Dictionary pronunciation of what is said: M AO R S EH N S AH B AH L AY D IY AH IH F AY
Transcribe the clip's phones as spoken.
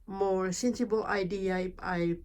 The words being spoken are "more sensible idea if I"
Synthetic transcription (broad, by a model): M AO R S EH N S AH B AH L AY D IY AH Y P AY